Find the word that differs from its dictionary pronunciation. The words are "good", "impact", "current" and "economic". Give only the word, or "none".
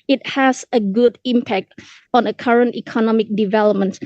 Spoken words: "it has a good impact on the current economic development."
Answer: none